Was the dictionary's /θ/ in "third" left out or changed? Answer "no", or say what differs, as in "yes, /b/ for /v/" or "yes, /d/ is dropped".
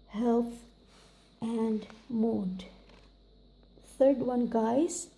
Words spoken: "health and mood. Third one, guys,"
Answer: yes, /t/ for /θ/